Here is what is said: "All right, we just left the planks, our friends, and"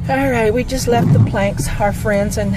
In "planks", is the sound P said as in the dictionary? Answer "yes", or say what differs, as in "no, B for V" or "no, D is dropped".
yes